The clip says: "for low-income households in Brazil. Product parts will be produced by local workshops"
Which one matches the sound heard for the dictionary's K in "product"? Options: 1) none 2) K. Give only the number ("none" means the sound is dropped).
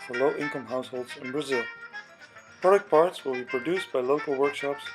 2